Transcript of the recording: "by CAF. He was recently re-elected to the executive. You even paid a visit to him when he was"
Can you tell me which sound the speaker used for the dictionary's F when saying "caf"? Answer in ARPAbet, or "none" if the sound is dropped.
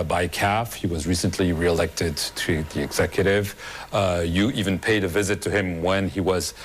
F